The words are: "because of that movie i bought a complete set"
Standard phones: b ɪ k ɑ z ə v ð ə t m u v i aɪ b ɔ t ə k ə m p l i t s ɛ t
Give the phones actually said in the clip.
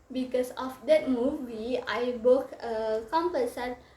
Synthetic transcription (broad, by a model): b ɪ k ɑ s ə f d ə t m u v i aɪ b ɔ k ə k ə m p ʌ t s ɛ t